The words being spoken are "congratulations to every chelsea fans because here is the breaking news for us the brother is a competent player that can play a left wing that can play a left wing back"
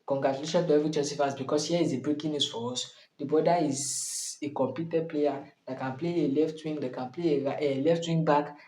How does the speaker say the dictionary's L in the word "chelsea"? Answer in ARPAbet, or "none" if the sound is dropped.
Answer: none